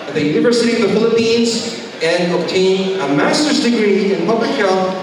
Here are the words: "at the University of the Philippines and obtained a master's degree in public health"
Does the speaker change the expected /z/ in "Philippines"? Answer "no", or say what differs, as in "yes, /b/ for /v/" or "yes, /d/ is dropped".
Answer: no